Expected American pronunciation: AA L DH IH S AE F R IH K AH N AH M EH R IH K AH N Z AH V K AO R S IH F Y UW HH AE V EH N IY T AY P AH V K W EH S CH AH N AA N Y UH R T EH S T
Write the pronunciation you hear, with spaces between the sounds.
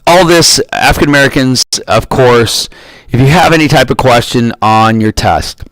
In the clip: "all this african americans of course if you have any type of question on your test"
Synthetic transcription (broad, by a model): AA L DH IH S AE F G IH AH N AH M EH R IH K AH N Z AH V K AO R S IH F Y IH V EH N IY T AY P AH V K W EH S CH AH N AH N Y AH R T EH S T